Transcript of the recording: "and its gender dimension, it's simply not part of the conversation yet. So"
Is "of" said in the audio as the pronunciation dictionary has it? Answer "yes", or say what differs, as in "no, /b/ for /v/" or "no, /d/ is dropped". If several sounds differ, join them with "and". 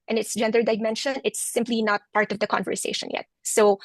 yes